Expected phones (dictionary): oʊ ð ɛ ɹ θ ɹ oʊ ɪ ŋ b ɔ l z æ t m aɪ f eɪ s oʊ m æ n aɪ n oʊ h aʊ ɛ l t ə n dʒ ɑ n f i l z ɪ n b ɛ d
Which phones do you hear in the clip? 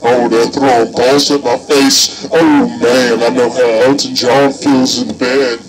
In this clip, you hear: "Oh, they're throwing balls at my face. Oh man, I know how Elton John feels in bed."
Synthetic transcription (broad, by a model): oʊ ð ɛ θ ɹ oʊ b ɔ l s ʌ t m aɪ f eɪ s oʊ m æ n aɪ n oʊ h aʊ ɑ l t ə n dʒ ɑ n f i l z ɪ n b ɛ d